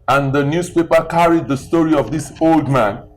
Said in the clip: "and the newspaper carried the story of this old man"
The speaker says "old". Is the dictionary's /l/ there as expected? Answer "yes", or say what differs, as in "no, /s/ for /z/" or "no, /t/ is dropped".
yes